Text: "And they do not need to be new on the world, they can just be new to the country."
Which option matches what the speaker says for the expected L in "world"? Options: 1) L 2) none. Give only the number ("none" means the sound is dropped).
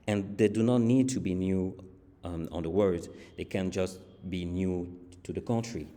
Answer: 2